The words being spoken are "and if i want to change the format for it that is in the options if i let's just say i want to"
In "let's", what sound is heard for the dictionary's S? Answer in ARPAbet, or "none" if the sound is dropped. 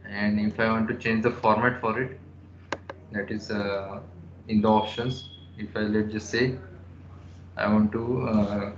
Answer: none